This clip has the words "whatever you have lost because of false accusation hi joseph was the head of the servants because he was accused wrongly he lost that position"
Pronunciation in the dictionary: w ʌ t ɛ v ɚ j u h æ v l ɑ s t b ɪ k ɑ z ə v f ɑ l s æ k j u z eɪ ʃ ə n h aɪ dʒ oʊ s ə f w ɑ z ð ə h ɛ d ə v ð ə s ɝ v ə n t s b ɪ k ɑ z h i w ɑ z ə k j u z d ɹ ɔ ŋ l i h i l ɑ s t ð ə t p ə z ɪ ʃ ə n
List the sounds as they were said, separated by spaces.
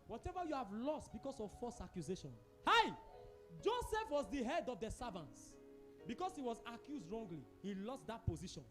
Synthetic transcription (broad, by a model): w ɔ t ɛ v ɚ j u h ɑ v l ɑ s t b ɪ k ɑ s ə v f ɑ s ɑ k j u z eɪ ʃ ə n h aɪ dʒ oʊ s ə f w ɑ z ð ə h ɛ d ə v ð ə s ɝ v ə n t s b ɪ k ɑ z h i w ɑ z ə k j u z d ɹ ɔ ŋ l i h i l ɑ s t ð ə t p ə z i ʃ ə n